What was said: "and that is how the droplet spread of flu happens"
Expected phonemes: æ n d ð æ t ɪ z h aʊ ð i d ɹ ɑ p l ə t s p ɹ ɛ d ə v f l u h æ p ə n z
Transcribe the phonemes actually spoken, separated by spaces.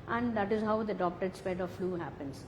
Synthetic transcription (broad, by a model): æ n d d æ t ɪ z h aʊ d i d ɑ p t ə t s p ɛ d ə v f l u h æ p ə n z